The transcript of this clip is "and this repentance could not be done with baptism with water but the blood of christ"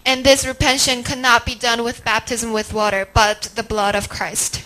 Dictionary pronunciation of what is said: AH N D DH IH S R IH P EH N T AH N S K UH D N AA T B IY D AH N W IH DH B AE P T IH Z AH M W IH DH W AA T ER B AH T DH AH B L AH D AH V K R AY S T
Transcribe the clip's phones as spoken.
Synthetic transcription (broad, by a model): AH N DH IH S R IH P EH N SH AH N K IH N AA T B IY D AH N W IH DH B AE P T IH Z AH M W IH DH W AA T ER B AH T DH AH B L AH D AH V K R AY S T